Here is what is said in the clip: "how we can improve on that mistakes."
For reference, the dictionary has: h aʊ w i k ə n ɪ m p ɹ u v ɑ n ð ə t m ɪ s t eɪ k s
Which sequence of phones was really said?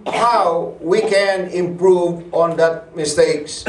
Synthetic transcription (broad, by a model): h aʊ w i k ə n ɪ m p ɹ u v ɑ n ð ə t m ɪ s t eɪ k s